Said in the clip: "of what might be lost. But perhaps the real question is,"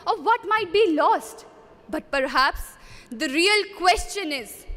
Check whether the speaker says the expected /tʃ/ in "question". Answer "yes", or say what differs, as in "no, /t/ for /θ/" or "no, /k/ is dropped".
yes